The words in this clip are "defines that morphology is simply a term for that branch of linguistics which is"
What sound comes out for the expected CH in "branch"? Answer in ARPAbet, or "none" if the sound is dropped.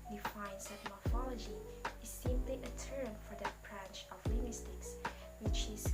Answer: CH